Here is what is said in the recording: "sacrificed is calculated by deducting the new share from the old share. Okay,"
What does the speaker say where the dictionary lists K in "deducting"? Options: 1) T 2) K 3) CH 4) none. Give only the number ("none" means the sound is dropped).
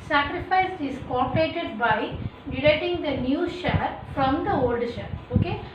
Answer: 4